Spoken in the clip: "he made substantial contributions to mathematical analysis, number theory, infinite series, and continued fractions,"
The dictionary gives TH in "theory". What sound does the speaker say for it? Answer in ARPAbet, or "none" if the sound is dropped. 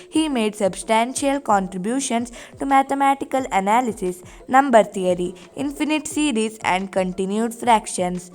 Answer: T